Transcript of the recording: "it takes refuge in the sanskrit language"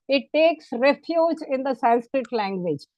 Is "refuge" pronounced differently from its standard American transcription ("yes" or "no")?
no